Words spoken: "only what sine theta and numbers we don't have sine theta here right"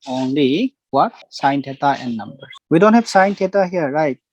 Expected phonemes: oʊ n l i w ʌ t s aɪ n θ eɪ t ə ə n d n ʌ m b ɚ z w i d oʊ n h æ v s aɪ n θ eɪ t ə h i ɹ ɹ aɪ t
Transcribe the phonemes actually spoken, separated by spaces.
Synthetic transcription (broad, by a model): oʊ n l i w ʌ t s aɪ n t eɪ t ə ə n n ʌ m b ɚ w i d oʊ n h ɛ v s aɪ n t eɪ t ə h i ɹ ɹ aɪ t